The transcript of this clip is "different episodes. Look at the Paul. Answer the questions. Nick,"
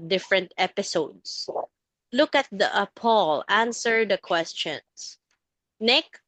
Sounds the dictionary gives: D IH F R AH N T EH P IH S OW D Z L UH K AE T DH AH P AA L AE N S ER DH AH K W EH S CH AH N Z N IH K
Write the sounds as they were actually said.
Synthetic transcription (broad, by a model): D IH F R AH N T EH P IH S OW D S L UH K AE T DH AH P AA L AE N S ER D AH K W EH S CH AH N S N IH K